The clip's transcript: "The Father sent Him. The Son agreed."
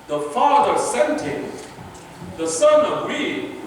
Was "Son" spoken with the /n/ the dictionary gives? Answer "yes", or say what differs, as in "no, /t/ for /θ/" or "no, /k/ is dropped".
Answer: yes